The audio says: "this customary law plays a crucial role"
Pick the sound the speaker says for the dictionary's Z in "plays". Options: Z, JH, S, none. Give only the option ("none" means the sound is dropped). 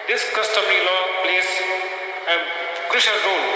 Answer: S